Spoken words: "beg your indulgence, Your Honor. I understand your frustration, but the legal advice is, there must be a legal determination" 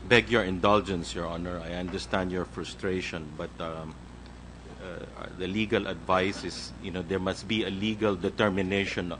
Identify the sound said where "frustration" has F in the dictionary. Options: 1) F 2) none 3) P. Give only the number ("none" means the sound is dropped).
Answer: 1